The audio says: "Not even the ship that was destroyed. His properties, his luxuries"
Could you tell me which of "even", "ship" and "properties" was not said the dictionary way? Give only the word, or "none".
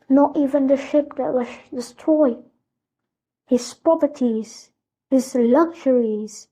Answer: properties